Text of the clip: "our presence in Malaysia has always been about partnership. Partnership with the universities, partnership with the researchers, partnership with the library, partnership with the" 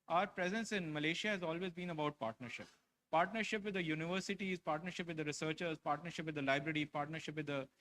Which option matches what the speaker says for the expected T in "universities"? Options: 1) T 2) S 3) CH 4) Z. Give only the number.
1